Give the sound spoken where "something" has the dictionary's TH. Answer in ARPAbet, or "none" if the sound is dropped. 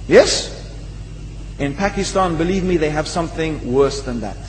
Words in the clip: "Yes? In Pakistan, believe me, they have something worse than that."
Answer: TH